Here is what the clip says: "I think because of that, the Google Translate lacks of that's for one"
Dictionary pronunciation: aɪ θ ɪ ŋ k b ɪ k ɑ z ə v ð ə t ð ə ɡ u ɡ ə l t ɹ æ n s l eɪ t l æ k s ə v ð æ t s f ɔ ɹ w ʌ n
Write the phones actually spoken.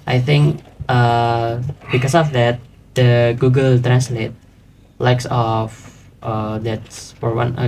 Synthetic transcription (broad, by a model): aɪ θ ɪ ŋ k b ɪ k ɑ s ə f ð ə t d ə ɡ u ɡ ə l t ɹ æ n s l eɪ t l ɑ k s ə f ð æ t s f ɔ ɹ w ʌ n